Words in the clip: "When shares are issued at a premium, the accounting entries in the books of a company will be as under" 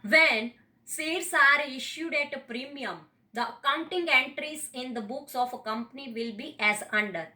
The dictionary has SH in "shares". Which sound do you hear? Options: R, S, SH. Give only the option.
S